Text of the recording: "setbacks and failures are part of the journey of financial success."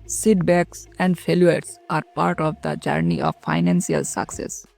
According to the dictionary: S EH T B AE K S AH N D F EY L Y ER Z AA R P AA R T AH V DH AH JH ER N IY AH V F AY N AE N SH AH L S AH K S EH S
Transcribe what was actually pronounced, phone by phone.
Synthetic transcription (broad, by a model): S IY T B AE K S AH N D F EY L Y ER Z AA R P AA R T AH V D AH JH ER N IY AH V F AY N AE N S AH L S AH K S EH S